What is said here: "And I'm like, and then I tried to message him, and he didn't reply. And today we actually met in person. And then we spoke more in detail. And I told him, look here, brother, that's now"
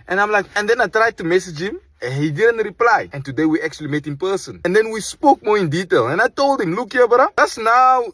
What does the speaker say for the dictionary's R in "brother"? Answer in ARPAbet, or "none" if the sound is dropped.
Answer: none